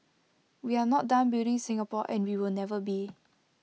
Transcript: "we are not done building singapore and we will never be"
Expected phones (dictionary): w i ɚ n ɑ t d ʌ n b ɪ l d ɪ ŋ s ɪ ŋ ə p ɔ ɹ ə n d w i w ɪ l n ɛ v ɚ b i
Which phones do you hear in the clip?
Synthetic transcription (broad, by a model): w i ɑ n ɑ t d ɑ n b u d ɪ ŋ s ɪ ŋ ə p ɔ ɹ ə n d w i w ɪ l n ɛ v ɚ b i